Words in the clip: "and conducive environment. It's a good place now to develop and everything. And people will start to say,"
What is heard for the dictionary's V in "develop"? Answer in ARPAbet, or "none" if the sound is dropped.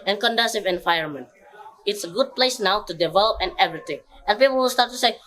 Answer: V